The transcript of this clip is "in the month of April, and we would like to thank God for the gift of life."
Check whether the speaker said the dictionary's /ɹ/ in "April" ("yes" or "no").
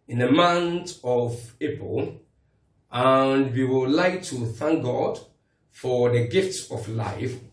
no